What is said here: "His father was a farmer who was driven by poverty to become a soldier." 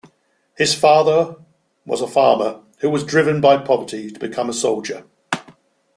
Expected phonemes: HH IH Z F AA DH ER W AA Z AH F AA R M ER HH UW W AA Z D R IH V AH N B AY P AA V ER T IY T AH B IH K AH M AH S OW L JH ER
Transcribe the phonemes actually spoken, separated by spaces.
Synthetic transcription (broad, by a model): HH IH Z F AA DH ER W AA Z AH F AA M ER HH UW W AA Z D R IH V AH N B AY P AA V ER T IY T AH B IH K AH M AH S OW L JH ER